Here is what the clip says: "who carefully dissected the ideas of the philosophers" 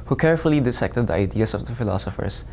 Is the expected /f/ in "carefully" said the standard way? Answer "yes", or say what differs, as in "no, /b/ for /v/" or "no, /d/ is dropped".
yes